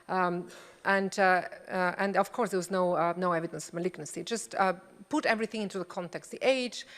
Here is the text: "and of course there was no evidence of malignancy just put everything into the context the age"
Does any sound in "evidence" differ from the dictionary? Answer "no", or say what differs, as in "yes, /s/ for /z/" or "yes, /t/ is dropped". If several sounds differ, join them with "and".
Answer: no